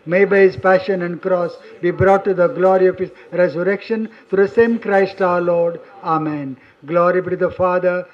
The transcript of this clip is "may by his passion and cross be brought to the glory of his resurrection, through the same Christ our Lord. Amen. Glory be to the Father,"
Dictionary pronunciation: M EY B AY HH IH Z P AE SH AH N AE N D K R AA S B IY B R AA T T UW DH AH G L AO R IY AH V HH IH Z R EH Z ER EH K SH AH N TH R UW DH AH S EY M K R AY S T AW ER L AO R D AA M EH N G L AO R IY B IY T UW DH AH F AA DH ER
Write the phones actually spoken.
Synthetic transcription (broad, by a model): M EY B AY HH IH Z P AE SH AH N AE N D K R AA S B IY B R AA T T UW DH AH G L AO R IY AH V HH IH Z R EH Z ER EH K SH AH N T R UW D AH S EY M K R AY S T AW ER L AO R D AA M EH N G L AO R IY B IY T UW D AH F AA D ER